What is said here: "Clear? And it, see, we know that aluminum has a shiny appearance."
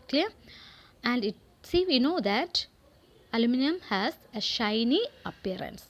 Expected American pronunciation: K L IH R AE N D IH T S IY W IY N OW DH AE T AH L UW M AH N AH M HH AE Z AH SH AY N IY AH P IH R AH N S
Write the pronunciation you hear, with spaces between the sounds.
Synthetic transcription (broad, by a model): K L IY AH AE N D IH T S IY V IY N OW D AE T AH L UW M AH N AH M HH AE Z AH SH AY N IY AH P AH R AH N S